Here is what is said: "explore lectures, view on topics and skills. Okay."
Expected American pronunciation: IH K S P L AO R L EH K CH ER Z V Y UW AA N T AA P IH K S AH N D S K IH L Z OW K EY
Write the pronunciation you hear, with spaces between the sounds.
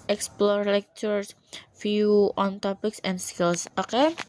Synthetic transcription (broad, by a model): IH K S P L AO R L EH K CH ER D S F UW AA N T AA P IH K S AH N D S K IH L S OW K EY